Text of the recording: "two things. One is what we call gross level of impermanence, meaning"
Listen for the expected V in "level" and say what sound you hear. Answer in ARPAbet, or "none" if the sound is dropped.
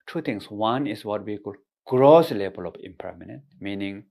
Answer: B